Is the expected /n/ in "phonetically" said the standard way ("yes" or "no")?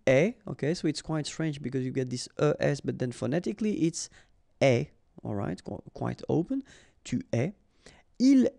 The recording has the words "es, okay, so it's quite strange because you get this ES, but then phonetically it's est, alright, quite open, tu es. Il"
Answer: yes